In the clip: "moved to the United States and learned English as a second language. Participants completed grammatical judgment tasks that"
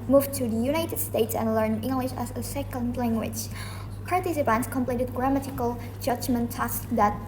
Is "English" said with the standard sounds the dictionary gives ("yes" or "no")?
yes